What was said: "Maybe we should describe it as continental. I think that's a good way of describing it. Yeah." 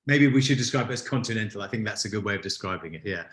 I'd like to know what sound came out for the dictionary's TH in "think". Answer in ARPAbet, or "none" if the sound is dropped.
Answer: TH